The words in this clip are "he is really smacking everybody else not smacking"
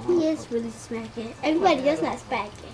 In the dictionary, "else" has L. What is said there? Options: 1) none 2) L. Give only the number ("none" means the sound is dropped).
1